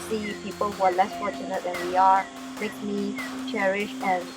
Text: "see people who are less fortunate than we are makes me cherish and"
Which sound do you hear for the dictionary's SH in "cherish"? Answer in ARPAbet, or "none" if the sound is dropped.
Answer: SH